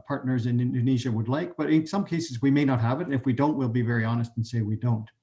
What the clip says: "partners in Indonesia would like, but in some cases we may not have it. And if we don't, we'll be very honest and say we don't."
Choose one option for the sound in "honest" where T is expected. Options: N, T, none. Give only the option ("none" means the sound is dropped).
T